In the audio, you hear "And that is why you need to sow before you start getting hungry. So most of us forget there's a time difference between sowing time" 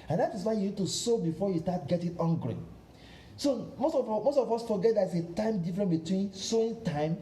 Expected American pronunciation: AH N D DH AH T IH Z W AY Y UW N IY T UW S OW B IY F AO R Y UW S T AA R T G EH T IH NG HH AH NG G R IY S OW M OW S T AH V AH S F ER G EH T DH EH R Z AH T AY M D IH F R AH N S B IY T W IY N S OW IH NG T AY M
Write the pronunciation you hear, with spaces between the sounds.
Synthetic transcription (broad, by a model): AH N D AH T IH S W AY Y UW N IY T UW S OW B IY F AO Y UW S T AA T G EH T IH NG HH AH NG G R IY S OW M OW S T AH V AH S F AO G EH T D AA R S AH T AY M D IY F R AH N B IY T W IY N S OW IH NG T AY M